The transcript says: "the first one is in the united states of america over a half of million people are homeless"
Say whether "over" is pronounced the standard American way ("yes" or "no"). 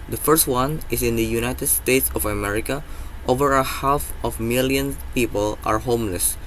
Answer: yes